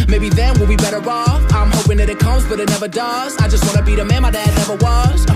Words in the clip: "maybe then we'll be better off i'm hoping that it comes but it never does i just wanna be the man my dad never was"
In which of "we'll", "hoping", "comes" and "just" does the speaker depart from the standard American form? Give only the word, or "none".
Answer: none